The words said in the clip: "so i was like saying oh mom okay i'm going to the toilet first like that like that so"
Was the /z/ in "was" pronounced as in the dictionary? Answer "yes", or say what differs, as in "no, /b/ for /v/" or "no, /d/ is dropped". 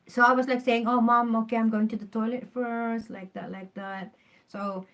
no, /s/ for /z/